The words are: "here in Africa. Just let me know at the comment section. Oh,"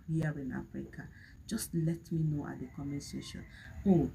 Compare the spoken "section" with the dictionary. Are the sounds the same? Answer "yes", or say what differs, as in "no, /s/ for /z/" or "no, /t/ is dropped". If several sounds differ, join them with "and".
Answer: no, /k/ is dropped